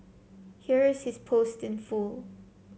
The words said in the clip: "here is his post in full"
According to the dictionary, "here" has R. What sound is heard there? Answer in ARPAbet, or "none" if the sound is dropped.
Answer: R